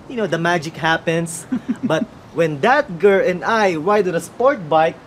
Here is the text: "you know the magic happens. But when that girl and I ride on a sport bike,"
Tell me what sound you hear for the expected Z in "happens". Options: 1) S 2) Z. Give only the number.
1